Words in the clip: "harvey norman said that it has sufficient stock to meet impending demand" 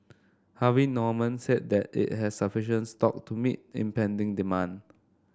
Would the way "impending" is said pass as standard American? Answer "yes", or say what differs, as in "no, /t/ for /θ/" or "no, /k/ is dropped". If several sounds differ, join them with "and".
yes